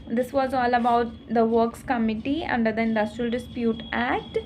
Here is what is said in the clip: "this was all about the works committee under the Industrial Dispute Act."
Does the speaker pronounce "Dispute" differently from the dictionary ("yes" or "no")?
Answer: no